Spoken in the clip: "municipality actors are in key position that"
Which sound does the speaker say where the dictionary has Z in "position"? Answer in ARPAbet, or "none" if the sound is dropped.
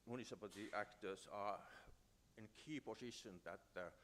S